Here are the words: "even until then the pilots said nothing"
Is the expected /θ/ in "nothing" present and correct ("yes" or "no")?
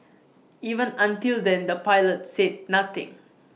no